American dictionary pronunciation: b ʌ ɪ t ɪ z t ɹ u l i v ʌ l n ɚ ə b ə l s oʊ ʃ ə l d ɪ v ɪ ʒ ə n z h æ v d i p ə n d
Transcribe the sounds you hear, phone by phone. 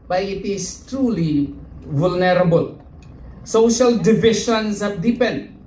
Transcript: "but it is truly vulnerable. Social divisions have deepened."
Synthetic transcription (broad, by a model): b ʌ ɪ t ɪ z t ɹ u l i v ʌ l n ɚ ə b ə l s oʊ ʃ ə l d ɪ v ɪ ʃ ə n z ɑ p d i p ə n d